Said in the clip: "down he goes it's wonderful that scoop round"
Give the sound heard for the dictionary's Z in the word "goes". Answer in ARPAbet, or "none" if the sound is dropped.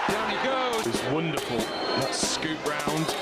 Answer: none